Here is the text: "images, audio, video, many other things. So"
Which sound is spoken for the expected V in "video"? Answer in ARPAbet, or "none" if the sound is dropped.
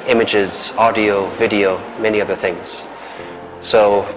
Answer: V